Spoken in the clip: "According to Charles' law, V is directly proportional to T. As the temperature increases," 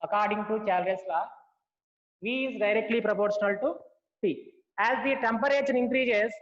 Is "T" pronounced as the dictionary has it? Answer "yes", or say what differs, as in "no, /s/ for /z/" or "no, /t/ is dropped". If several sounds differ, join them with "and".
no, /s/ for /t/